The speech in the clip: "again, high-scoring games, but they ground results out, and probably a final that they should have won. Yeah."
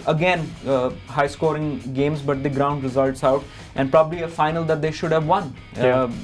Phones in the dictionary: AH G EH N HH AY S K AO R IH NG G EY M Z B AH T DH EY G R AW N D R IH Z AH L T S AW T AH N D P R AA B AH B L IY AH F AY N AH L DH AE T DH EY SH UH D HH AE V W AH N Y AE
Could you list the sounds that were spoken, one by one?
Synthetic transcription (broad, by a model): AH G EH N HH AY S K AO R IH NG G EY M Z B AH T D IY G R AW N D R IH Z AH L T S AW T AH N D P R AA B AH B L IY AH F AY N AH L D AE T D EY SH UH D HH AE V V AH N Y